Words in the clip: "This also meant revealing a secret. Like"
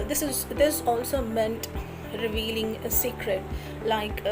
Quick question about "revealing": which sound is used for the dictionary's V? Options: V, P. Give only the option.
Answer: V